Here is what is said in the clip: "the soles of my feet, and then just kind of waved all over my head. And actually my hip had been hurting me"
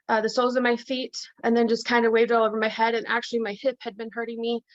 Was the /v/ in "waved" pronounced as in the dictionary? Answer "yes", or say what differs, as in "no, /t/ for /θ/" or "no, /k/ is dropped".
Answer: yes